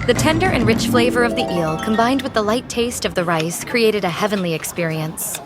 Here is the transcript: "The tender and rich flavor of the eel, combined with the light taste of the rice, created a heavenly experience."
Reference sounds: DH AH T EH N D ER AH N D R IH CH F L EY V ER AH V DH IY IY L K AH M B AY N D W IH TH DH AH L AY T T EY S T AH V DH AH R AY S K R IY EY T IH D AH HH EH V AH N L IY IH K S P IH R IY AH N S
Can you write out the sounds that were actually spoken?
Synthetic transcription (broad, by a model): DH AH T EH N D ER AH N R IH CH F L EY V ER AH V DH IY IY L K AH M B AY N D W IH DH AH L AY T T EY S T AH V DH AH R AY S K R IY EY T IH D AH HH EH V AH N L IY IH K S P IH R IY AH N S